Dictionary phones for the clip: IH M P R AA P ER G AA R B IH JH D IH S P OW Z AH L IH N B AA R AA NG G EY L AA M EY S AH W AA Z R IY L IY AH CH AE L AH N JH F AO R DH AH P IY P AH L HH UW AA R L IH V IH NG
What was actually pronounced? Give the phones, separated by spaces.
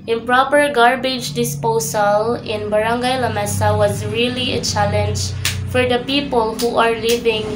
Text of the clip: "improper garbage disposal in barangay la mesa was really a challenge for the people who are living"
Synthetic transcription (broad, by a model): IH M P R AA P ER G AA R B IH JH D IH S P OW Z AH L IH N B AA R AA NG G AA L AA M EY S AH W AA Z R IY L IY AH CH AE L AH N JH F AO R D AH P IY P AH L HH UW AA R L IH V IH NG